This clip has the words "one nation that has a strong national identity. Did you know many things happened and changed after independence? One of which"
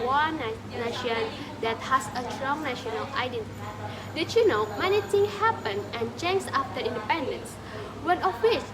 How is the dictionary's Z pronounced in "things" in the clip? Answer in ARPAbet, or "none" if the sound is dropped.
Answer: none